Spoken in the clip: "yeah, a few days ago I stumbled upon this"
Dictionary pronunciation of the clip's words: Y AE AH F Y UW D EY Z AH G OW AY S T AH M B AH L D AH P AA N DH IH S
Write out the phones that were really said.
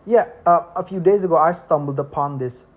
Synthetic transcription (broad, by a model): Y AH AH F Y UW D EY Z AH G OW AY S T AH M B AH L D AH P AA N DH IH S